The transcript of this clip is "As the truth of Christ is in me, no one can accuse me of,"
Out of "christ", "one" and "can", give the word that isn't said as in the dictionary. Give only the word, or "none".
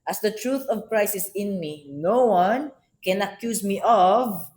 christ